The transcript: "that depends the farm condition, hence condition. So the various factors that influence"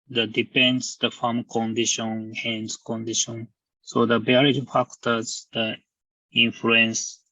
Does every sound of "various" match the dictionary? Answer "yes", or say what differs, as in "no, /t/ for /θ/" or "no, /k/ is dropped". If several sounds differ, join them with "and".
no, /b/ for /v/